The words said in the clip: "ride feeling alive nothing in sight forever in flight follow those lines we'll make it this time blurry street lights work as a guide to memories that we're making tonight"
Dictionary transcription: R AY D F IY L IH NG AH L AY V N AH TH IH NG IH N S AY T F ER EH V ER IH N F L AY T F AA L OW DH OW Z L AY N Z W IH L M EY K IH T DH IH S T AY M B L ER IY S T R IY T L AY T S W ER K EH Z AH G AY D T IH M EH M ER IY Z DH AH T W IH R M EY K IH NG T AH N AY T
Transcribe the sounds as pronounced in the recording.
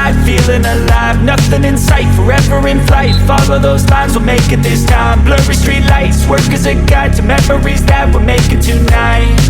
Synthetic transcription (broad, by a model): AY F IY L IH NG AH L AY V N AH TH IH NG IH N S AY T F ER EH V ER IH N F L AY T F AA L OW DH OW Z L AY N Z W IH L M EY K IH T DH IH S T AY M B L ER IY S T R IY T L AY T S W ER K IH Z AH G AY T IH M EH M ER IY Z DH AH T W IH L M EY K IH T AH N AY T